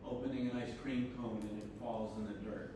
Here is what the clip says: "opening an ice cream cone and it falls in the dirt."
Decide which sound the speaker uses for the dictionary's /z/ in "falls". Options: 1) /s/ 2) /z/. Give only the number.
2